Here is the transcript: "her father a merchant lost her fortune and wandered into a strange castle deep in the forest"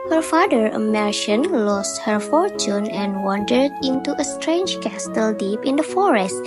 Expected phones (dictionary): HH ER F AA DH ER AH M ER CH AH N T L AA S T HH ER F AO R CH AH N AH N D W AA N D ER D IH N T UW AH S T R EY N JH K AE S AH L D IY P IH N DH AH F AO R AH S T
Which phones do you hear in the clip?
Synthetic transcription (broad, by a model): HH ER F AA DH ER AH M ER SH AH N L AA S T HH ER F AO R CH AH N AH N W AA N D ER D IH N T UW AH S T R EY N JH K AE S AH L D IY P IH N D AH F AO R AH S T